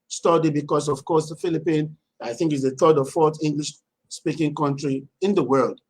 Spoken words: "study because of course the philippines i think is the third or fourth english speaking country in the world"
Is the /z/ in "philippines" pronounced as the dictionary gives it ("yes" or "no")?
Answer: no